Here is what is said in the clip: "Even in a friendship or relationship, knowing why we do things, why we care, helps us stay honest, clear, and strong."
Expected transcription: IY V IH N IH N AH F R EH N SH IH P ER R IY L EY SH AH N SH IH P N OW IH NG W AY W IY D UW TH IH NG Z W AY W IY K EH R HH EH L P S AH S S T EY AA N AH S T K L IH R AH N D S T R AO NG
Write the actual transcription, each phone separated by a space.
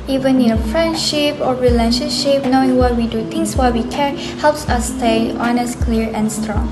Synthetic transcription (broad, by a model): IY V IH N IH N AH F R EH N SH IH P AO R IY L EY SH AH N SH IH P N OW IH NG W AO W IY D UW T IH NG S W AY W IY K EH R HH EH L P S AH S S T EY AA N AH S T K L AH R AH N S T R AO NG